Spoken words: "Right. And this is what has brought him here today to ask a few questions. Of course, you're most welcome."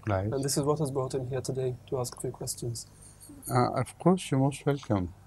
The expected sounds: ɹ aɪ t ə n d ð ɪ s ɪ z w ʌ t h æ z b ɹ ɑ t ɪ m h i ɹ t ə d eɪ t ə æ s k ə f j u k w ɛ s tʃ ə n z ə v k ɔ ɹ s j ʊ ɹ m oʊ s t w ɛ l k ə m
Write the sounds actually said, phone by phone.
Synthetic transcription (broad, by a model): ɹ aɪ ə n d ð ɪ s ɪ z w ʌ t h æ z b ɹ ɑ t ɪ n h i ɹ t ə d eɪ t ə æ s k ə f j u k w ɛ s tʃ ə n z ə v k ɔ ɹ s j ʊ m oʊ s t w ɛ l k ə m